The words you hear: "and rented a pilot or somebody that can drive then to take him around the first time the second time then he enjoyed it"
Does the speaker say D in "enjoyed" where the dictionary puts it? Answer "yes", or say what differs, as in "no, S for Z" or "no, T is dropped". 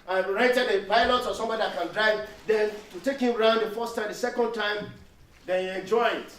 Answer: no, D is dropped